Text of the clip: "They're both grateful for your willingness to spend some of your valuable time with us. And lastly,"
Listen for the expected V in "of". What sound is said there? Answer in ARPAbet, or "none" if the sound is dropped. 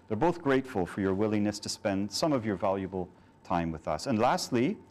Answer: V